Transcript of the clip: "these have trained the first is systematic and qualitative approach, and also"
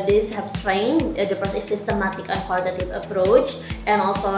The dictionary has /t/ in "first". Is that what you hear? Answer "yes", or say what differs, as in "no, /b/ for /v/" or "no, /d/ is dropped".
no, /t/ is dropped